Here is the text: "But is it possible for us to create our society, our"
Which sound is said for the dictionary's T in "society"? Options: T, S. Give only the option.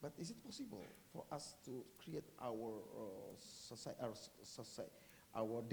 S